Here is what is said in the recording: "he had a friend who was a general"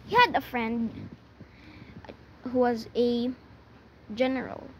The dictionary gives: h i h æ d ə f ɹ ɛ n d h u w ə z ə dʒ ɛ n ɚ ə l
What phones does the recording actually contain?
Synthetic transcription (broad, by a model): h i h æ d ə f ɹ ɛ n d h u w ə z ə dʒ ɛ n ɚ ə l